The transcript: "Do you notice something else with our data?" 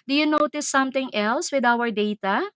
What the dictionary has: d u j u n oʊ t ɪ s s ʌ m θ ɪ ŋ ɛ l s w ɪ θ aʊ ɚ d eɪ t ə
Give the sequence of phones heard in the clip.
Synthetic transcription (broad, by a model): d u j u n oʊ t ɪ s s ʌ m t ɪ ŋ ɛ l s w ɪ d aʊ ɚ d eɪ t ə